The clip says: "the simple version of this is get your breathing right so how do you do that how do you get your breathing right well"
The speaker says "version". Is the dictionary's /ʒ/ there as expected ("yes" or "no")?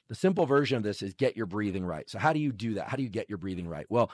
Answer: yes